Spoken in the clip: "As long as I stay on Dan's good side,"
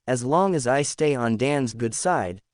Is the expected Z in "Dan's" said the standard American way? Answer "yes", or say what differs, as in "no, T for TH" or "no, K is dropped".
yes